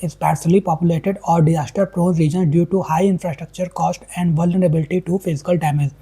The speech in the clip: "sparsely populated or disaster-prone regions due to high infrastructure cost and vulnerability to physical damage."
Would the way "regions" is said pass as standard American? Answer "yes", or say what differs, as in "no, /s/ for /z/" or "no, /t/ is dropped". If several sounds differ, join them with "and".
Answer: no, /z/ is dropped